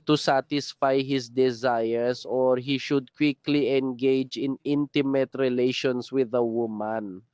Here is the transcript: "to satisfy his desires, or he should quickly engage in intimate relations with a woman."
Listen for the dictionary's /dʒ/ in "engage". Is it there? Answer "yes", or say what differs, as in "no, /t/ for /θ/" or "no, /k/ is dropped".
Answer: yes